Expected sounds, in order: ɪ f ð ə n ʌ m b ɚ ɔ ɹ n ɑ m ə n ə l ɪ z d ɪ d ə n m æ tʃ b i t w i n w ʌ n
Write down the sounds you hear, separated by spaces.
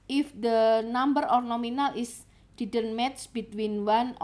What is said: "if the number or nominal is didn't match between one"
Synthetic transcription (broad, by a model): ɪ f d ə n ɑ m b ɚ ɔ ɹ n ɑ m ə n ə l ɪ s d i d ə n m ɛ s b i t w i n w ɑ n